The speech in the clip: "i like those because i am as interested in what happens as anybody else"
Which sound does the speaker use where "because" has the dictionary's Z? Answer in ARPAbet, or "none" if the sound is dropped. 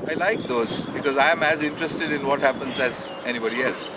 Z